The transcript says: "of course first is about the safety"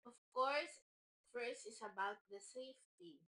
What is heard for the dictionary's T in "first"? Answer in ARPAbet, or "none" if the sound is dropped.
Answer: none